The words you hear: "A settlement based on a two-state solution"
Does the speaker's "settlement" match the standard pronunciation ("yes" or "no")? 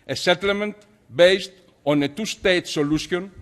yes